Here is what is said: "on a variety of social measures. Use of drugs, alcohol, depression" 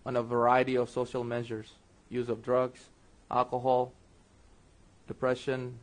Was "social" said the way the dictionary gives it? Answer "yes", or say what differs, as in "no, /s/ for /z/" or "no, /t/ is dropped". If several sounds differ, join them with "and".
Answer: yes